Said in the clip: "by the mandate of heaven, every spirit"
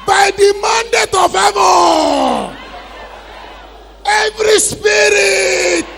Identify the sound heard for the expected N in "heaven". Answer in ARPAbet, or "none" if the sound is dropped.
none